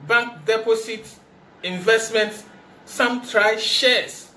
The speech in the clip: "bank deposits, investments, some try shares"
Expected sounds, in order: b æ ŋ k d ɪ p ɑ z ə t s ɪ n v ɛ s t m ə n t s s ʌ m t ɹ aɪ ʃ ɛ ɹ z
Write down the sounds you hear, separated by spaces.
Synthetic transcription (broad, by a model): b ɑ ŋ k d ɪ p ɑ s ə t ɪ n v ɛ s t m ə n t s s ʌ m t ɹ aɪ ʃ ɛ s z